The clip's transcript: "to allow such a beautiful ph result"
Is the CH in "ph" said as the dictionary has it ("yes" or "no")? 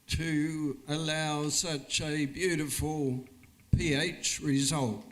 yes